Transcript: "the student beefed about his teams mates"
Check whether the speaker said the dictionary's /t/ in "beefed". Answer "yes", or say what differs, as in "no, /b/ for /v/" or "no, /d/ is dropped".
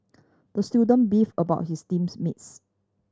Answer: no, /t/ is dropped